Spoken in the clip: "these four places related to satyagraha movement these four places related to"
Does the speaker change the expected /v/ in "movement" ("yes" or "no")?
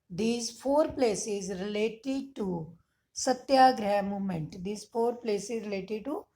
yes